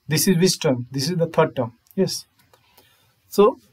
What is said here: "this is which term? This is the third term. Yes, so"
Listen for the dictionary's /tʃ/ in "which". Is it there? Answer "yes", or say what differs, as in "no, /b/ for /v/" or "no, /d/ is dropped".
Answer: no, /s/ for /tʃ/